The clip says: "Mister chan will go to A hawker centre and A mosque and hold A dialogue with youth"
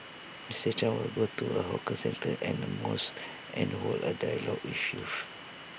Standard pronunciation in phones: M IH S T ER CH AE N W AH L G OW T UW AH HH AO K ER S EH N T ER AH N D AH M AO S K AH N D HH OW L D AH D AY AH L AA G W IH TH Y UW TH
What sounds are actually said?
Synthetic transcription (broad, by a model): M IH S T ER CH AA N W AH L G OW T UW AH HH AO K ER S EH N T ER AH N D AH M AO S AH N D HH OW L AH D AY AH L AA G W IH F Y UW F